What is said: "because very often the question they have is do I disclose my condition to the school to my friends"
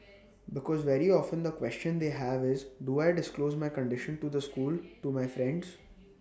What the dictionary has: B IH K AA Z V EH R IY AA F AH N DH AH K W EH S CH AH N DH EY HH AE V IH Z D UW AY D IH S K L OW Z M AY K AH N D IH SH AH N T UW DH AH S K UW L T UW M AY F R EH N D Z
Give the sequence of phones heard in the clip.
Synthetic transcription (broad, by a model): B IH K AA Z V EH R IY AA F AH N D AH K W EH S CH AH N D EY HH AE V IH Z D UW AY D IH S K L OW Z M AY K AH N D IH SH AH N T UW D AH S K UW L T UW M AY F R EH N D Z